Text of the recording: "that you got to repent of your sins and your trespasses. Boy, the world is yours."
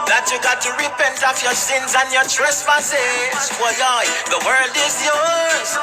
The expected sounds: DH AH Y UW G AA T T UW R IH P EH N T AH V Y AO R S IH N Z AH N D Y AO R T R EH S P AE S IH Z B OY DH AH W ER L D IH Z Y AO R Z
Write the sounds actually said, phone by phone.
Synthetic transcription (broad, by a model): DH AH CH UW G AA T T UW R IH P EH N T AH F Y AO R S IH N Z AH N Y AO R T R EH S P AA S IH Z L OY DH AH W ER L D IH Z Y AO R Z